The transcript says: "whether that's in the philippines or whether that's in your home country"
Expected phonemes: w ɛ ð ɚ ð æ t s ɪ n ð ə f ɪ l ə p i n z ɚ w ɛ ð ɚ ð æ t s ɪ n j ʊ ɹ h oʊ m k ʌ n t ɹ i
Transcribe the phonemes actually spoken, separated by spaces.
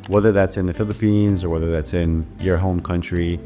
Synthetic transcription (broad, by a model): w ɛ ð ɚ ð æ t s ɪ n ð ə f ɪ l ə p i n z ɚ w ɛ ð ɚ ð æ t s ɪ n j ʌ ɹ h oʊ m k ʌ n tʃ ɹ i